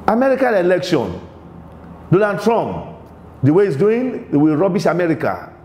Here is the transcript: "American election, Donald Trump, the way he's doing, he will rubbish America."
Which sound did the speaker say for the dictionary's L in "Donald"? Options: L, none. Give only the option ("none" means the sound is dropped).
none